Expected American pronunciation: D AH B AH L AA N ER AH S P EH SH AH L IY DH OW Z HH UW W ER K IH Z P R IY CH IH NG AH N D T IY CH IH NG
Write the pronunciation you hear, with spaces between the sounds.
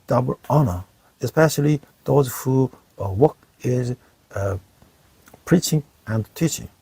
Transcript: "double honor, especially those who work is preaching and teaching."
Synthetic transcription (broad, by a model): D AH B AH L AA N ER AH S P EH SH AH L IY DH OW Z HH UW W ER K IH Z P R IY CH IH NG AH N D T IY CH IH NG